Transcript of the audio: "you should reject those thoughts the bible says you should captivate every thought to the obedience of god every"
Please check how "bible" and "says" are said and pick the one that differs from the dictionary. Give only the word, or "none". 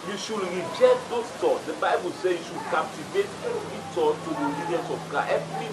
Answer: says